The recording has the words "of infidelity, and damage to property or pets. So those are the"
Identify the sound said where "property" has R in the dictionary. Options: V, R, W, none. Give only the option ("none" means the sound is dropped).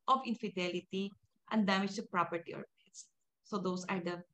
R